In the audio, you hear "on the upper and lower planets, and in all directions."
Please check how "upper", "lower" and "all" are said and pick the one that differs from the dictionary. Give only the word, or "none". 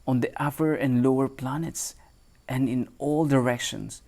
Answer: upper